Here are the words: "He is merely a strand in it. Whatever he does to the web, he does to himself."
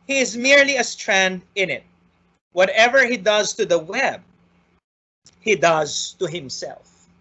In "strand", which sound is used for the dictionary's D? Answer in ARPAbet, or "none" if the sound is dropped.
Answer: D